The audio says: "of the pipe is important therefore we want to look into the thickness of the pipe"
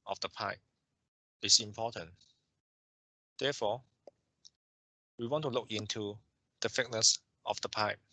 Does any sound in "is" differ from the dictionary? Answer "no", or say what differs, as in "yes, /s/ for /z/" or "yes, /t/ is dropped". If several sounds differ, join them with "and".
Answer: yes, /s/ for /z/